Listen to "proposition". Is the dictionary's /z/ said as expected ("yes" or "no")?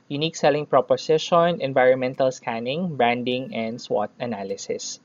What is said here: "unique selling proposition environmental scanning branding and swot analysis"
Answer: no